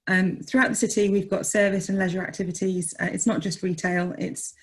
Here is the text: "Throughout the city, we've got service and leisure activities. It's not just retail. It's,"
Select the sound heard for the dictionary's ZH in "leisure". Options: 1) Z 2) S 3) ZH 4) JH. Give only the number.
3